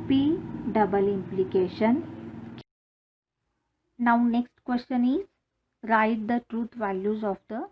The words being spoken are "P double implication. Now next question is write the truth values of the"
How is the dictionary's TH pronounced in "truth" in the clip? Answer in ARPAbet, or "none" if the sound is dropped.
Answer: T